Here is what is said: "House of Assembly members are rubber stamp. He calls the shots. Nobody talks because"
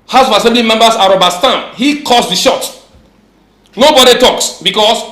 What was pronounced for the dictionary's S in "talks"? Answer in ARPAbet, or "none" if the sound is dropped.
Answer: S